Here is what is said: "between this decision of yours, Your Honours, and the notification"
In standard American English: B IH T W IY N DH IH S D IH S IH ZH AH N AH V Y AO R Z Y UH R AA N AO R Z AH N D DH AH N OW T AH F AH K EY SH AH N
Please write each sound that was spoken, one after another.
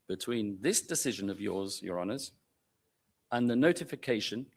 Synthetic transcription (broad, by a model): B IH T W IY N DH IH S D IH S IH ZH AH N AH V Y AO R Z Y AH R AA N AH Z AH N DH AH N OW T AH F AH K EY SH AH N